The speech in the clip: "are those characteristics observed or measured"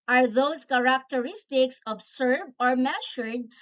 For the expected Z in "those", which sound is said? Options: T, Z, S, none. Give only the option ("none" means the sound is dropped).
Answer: S